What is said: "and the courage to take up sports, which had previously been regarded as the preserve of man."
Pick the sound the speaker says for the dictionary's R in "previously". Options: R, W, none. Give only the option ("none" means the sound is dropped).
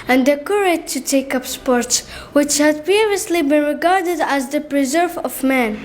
none